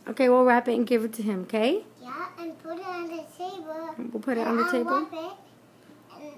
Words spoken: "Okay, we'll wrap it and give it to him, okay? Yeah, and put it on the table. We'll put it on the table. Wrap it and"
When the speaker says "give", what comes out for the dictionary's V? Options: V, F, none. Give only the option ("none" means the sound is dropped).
V